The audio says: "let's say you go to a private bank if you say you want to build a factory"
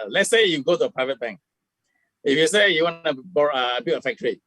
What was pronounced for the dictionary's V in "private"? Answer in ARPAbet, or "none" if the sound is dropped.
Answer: V